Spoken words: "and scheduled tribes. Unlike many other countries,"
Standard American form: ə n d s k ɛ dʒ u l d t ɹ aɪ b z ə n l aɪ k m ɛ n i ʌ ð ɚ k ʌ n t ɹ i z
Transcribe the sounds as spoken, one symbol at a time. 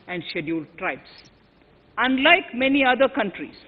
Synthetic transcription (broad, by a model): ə n d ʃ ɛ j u l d t ɹ aɪ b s ə n l aɪ k m ɛ n i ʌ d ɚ k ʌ n t ɹ i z